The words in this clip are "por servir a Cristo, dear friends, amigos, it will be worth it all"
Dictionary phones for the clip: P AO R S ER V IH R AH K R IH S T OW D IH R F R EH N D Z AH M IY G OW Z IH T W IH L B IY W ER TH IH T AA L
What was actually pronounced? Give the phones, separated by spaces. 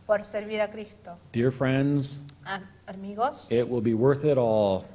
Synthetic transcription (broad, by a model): P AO R S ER B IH R AH K R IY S T OW D IH R F R EH N D Z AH M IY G OW S IH T W IH L B IY W ER TH IH T AA L